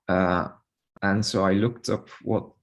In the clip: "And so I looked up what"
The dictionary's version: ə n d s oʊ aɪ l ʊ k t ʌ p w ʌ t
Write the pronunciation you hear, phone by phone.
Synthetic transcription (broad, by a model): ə n s oʊ aɪ l ʊ k t ʌ p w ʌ t